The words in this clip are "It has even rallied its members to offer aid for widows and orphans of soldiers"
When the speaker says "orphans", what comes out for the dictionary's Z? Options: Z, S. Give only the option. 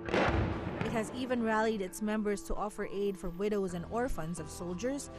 Z